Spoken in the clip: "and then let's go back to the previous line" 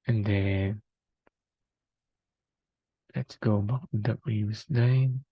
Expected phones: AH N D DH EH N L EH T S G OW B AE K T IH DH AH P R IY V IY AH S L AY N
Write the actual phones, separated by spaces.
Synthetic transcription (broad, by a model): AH N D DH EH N L EH T S G OW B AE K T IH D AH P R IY W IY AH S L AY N